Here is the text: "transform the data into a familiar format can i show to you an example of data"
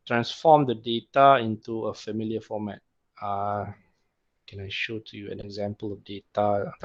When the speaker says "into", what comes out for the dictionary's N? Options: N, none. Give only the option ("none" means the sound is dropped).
N